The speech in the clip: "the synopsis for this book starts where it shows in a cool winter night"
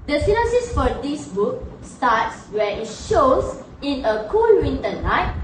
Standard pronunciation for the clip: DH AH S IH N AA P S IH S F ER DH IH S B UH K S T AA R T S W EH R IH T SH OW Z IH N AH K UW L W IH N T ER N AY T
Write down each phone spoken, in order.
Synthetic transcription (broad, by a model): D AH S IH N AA S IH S F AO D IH S B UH K S T AA T S W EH IH T SH OW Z IH N AH K UW L W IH N T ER N AY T